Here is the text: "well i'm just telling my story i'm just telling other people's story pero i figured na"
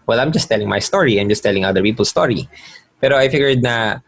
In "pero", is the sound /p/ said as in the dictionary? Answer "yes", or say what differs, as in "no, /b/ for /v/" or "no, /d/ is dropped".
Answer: yes